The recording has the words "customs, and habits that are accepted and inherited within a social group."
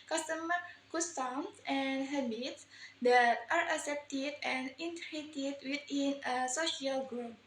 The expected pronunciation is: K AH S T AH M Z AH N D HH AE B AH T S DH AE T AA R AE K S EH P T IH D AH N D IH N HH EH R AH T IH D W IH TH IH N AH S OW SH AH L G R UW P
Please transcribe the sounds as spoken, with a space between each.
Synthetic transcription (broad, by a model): K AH S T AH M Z AH N D HH AE B AH T S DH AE T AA R AE K S EH P T IH D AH N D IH N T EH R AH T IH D W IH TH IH N AH S OW SH AH L G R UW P